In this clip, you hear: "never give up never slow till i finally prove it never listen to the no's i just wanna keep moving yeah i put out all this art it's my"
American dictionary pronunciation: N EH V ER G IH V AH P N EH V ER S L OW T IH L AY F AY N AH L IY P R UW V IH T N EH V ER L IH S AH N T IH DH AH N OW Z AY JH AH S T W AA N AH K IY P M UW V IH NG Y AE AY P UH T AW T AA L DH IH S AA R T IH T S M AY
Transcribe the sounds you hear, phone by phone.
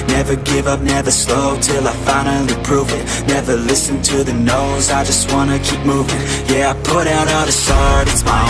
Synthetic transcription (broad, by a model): N EH V ER G IH V AH P N EH V ER S L OW T IH L AY F AY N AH IY P R UW V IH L N EH V ER L IH S AH N T IH DH AH N OW Z AY JH AH S T W AA N AH K IY P M UW V IH NG Y AE AY P UH T AW T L DH IH S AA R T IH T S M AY